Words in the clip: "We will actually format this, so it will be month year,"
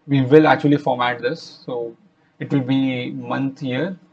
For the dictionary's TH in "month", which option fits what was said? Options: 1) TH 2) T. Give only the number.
2